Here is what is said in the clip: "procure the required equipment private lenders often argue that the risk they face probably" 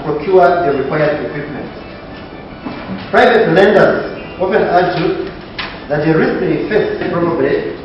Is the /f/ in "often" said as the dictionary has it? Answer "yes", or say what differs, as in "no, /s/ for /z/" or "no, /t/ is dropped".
no, /p/ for /f/